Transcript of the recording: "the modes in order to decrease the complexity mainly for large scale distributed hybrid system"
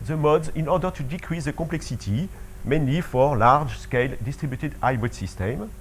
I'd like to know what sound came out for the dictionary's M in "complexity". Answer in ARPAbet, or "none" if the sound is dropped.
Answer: none